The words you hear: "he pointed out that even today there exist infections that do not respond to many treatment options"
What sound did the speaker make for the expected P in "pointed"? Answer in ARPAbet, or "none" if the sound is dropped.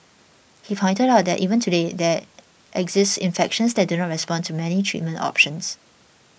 F